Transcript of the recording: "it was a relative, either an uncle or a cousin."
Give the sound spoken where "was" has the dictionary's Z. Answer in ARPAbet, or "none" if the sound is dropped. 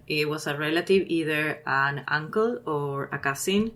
S